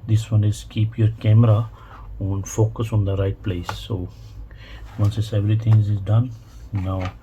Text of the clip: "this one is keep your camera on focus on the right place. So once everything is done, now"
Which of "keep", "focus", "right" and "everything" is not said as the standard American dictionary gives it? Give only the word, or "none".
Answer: everything